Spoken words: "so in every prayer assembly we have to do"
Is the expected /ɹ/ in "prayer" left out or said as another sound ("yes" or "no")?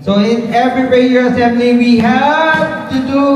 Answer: yes